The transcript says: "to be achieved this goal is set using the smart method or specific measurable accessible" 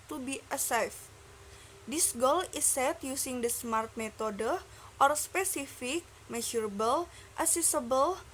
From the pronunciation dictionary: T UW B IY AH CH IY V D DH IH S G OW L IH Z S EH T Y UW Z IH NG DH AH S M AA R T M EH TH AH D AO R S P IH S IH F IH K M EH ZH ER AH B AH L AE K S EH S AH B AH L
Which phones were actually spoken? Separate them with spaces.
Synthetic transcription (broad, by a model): T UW B IY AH S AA F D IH S G OW L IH S EH T Y UW S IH NG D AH S M AA R T M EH T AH D AO R S P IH S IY F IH K M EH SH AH B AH L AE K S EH S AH B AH L